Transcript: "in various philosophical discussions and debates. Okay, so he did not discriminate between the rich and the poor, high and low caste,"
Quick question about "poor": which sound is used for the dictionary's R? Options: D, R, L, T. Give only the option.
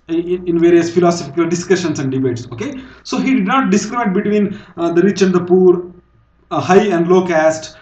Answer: R